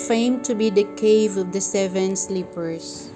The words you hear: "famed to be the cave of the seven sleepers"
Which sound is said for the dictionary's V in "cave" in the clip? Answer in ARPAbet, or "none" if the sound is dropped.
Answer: V